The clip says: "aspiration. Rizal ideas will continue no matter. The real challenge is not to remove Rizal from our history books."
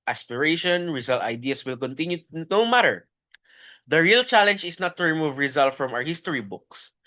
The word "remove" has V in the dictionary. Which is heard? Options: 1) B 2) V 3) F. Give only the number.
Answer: 2